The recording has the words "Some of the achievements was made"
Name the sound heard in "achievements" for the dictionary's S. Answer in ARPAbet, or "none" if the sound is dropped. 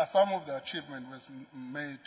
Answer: none